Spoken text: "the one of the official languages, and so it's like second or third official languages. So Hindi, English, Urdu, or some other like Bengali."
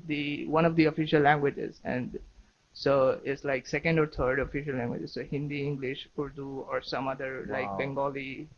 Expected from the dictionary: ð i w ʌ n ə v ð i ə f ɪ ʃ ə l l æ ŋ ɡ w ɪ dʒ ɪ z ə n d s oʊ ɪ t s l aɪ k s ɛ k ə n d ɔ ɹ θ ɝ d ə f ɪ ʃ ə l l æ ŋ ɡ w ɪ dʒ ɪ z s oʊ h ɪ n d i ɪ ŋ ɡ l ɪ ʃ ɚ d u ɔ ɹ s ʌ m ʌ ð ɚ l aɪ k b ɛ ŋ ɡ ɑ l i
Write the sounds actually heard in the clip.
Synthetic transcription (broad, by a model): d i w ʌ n ə v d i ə f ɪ ʃ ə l l æ ŋ ɡ w ɪ dʒ ɪ z ə n d s oʊ ɪ t s l aɪ k s ɛ k ə n d ɔ ɹ t ɝ d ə f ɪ ʃ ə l l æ ŋ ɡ w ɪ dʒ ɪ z s oʊ h ɪ n d i ɪ ŋ ɡ l ɪ ʃ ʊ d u ɔ ɹ s ʌ m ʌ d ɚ l aɪ k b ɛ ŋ ɡ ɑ l i